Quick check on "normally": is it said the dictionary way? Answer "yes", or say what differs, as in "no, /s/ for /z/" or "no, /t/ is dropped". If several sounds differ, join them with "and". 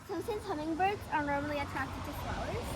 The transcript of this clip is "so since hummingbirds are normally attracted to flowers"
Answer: yes